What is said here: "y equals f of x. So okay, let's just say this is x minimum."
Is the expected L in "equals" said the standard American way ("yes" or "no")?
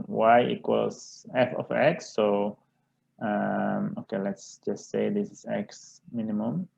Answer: no